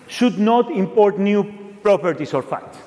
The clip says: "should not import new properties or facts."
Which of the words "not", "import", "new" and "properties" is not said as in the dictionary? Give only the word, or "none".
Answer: properties